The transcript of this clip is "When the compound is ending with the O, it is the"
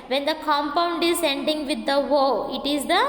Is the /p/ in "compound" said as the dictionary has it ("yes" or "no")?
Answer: yes